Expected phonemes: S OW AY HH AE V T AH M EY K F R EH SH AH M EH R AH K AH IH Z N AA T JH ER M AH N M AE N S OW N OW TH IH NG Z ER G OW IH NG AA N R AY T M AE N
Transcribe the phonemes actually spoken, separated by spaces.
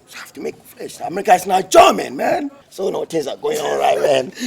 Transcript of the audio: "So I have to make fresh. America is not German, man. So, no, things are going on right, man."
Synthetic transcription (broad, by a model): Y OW HH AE F T AH M EY K F L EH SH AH M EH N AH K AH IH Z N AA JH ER M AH N M AE N S OW N OW T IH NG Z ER G OW IH NG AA L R AY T M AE N